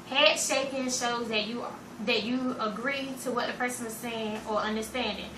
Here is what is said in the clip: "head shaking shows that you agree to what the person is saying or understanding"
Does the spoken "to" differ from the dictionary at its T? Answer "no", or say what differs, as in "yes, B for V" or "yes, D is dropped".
no